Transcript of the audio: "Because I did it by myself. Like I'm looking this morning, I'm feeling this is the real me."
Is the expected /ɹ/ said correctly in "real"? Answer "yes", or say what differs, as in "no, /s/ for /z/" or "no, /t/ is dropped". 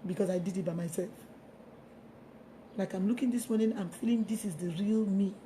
yes